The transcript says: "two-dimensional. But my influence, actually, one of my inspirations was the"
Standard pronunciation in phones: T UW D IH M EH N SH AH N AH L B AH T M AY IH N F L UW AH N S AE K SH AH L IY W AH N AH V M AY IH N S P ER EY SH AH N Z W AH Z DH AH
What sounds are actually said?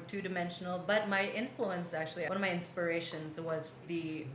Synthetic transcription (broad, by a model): T UW D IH M EH N SH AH N L B AH T M AY IH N F L UW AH N S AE K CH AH L IY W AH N AH V M AY IH N S P ER EY SH AH N Z W AH Z DH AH